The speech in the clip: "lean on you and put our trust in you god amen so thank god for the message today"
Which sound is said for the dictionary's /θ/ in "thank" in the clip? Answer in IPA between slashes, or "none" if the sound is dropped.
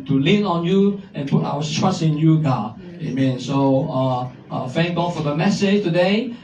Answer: /f/